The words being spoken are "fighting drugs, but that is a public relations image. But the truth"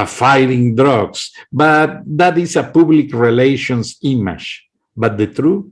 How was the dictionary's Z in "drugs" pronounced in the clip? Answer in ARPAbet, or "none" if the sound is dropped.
S